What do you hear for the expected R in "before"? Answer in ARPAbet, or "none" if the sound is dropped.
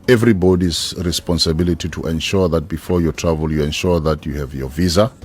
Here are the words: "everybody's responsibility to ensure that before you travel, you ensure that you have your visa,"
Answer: R